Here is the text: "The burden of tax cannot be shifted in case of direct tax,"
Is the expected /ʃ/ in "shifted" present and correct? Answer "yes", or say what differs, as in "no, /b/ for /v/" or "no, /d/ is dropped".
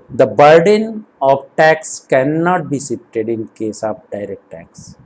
no, /s/ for /ʃ/